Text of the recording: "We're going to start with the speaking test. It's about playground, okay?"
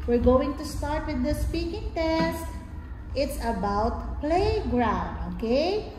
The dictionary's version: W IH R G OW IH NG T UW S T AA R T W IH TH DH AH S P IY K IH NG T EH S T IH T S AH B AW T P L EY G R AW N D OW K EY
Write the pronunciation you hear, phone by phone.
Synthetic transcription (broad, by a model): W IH R G OW IH NG T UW S T AA R T W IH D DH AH S P IY K IH NG T EH S T IH T S AH B AW T P L EY G R AW N D OW K EY